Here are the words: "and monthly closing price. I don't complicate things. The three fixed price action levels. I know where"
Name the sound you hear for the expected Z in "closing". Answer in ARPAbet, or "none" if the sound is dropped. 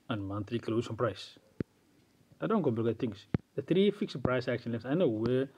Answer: S